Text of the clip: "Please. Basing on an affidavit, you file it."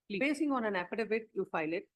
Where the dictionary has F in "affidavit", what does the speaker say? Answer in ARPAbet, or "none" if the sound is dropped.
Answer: P